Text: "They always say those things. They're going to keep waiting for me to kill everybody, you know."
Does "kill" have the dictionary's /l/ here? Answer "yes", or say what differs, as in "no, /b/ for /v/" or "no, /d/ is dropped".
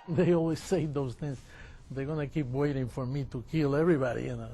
yes